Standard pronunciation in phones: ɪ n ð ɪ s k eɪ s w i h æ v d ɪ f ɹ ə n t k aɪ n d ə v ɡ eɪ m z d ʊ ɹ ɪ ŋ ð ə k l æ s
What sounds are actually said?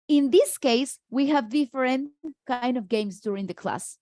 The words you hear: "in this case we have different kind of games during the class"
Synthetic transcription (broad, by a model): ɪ n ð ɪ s k eɪ s w i h æ v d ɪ f ɹ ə n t k aɪ n d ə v ɡ eɪ m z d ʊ ɹ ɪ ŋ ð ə k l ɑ s